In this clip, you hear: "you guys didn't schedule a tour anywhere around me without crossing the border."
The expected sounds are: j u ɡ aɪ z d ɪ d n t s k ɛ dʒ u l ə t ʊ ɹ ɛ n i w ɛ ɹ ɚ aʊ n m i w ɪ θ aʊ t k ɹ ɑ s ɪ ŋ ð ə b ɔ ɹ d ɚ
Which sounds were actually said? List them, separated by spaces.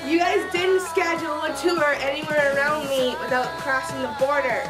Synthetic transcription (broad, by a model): j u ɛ s d ɪ d n t s k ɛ dʒ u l ə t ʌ ɹ ɛ n i w ɛ ɹ ɚ aʊ n m i w ɪ θ aʊ t k ɹ ɑ s ɪ ŋ ð ə b ɔ ɹ d ɚ